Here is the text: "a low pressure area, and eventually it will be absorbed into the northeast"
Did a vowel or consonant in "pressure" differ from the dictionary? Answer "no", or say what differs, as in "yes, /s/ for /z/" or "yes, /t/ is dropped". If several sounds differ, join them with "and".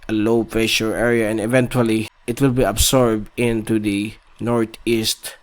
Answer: yes, /ɹ/ is dropped